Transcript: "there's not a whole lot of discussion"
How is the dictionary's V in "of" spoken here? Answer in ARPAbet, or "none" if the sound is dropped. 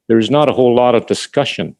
V